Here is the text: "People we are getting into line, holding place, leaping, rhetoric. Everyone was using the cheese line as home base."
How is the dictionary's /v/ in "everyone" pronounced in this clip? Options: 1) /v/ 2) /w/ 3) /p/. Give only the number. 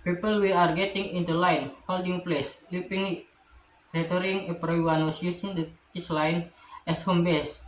3